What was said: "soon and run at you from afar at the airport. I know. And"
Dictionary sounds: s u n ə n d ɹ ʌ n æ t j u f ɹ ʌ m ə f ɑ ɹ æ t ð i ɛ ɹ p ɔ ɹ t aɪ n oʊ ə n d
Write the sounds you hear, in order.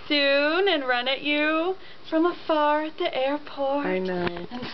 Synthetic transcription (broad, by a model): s u n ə n ɹ ʌ n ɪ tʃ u f ɹ ʌ m ə f ɑ ɹ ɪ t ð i ɛ ɹ p ɔ ɹ aɪ n oʊ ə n